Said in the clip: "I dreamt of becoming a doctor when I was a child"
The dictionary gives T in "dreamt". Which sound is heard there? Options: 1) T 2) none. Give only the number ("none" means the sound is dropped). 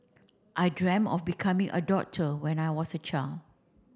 2